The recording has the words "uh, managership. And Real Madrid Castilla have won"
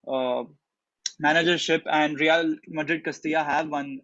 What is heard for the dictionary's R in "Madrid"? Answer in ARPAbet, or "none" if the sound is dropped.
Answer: R